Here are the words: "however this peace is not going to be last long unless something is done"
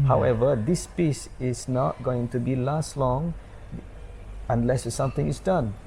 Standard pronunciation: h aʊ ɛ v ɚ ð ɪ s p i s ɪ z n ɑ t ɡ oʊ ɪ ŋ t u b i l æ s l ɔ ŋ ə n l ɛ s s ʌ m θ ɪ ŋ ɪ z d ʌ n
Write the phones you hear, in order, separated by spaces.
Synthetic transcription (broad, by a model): h aʊ ɛ v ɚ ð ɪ s p i s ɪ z n ɑ t ɡ oʊ ɪ ŋ t u b i l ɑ s l ɔ ŋ ə n l ɛ s s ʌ m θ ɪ ŋ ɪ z d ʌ n